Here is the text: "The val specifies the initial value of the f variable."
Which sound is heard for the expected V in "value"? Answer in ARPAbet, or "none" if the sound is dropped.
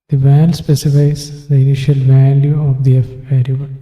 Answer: V